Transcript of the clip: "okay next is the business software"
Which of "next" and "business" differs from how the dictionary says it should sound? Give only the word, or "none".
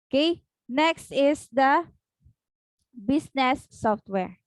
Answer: business